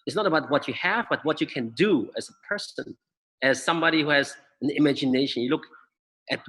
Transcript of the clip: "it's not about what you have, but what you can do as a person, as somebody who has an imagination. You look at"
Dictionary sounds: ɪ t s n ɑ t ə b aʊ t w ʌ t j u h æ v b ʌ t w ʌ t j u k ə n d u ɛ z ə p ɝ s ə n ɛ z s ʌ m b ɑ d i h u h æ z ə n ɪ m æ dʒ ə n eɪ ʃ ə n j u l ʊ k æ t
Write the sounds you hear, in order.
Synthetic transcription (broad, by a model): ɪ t s n ɑ t ə b aʊ t w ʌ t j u h æ v b ʌ t w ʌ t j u k ə n d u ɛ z ə p ɝ s ə n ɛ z s ʌ m b ɑ d i h u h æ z ə n ɪ m æ dʒ ə n eɪ ʃ ə n j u l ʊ k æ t